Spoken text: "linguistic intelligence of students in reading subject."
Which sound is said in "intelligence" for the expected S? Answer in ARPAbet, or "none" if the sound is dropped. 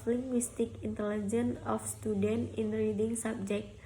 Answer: none